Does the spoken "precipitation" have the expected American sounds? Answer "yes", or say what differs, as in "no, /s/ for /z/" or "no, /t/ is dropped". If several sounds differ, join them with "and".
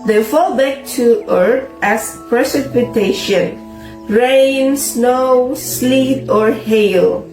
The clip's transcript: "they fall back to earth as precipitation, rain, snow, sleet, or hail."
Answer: yes